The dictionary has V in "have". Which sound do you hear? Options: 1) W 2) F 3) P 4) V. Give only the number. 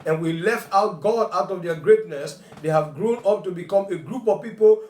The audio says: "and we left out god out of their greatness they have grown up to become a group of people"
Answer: 4